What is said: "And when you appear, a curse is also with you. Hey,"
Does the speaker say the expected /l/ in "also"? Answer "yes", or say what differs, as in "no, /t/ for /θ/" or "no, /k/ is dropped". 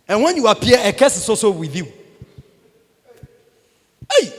no, /l/ is dropped